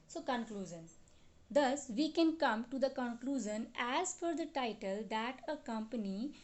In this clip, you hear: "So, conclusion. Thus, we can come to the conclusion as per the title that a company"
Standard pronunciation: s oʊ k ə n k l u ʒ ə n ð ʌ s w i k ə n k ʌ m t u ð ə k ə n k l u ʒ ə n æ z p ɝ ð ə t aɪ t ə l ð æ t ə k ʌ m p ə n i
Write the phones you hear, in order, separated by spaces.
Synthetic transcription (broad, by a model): s oʊ k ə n k l u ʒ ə n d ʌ s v i k ə n k ʌ m t u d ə k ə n k l u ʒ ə n æ z f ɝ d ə t aɪ t ə l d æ t ə k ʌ m p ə n i